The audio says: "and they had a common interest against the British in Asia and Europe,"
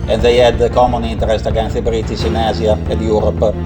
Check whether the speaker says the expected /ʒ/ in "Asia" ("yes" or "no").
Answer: no